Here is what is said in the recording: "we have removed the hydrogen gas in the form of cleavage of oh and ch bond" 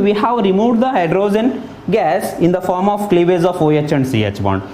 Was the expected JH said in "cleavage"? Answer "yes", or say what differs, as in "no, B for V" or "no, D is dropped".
no, Z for JH